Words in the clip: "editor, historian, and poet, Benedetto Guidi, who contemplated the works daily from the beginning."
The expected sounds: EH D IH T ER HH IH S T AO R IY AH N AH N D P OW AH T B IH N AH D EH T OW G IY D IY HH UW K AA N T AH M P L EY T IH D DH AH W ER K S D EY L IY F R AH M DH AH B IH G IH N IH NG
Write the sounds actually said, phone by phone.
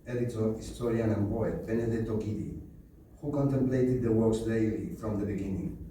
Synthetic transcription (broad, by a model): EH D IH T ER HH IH S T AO R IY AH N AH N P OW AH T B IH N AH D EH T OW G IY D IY HH UW K AA N T AH M P L EY T IH D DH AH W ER S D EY L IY F R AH M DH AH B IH G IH N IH NG